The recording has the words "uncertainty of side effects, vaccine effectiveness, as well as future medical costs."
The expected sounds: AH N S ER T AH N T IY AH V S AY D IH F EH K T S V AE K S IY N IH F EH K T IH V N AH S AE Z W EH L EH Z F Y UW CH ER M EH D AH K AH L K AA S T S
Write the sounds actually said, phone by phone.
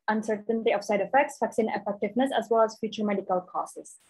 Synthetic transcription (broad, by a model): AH N S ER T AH N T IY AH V S AY D IH F EH K T S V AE K S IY N IH F EH K T IH V N AH S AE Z W EH L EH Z F Y UW CH ER M EH D AH K AH L K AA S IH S